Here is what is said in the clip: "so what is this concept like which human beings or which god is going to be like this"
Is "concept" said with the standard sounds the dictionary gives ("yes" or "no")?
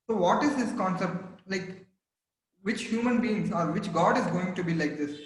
yes